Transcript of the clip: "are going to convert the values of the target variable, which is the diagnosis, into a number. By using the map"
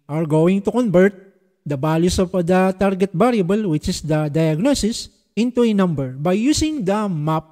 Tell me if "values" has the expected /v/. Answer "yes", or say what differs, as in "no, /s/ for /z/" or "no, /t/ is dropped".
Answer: no, /b/ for /v/